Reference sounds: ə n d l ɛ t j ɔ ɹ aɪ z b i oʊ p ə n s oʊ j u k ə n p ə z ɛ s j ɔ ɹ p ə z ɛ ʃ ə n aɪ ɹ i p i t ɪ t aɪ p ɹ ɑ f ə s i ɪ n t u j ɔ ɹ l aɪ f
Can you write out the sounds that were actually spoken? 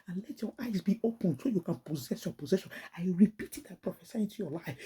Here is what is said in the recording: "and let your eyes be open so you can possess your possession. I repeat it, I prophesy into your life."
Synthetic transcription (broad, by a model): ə n l ɛ t j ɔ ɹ aɪ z b i oʊ p ə n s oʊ j u k ə n p ə z ɛ s j ɔ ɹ p ə z ɛ ʃ ə n aɪ ɹ i p i t ɪ t aɪ p ɹ ɑ f ə s i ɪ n t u j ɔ l aɪ f